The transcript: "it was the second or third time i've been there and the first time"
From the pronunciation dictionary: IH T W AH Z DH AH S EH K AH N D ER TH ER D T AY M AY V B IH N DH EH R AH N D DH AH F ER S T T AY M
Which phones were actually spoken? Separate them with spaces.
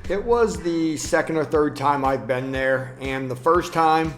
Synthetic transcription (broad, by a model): IH T W AH Z DH AH S EH K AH N D ER TH ER D T AY M AY V B IH N DH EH R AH N DH AH F ER S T T AY M